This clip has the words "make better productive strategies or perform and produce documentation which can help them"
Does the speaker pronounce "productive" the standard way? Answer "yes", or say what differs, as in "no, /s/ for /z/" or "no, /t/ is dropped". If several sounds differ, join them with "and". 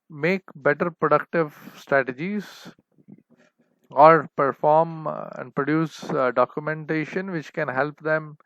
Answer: yes